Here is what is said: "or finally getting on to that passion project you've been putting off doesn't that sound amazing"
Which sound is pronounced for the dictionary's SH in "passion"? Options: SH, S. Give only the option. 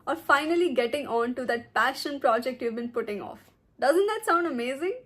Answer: SH